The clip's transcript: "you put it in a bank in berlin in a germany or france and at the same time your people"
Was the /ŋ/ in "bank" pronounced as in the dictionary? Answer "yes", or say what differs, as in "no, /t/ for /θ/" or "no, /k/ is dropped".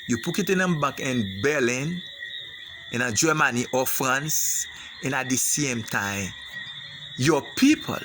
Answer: no, /ŋ/ is dropped